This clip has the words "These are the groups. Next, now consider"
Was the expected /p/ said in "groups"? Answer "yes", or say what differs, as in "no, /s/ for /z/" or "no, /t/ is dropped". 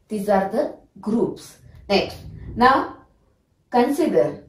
yes